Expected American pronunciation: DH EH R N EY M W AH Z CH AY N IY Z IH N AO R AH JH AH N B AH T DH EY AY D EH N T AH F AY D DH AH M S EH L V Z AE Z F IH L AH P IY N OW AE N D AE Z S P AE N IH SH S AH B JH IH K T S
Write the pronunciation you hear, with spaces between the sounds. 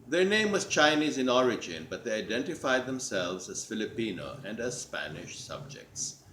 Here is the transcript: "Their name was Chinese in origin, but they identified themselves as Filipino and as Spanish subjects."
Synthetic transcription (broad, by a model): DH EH R N EY M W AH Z CH AY N IY Z IH N AO R AH JH AH N B AH T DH EY AY D EH N T AH F AY D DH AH M S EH L V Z AE Z F IH L AH P IY N OW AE N D AE Z S P AE N IH SH S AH B JH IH K T S